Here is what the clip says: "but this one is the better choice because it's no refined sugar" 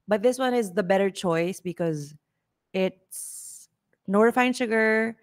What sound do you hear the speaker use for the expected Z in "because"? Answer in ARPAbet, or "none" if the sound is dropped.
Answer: Z